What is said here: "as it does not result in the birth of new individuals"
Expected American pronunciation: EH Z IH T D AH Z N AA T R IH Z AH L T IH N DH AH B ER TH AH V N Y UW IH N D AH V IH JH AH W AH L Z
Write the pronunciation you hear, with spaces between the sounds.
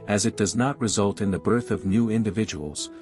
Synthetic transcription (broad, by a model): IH Z IH T D AH Z N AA T R IH Z AH L T IH N DH AH B ER TH AH V N Y UW IH N D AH V IH JH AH W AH L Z